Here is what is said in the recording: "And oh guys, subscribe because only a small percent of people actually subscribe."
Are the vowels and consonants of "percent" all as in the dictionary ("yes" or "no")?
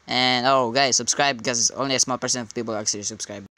no